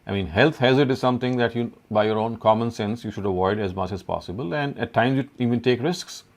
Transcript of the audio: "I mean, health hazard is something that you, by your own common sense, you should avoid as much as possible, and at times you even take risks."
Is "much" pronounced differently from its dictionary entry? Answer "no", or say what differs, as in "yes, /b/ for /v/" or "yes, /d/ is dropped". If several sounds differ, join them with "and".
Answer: no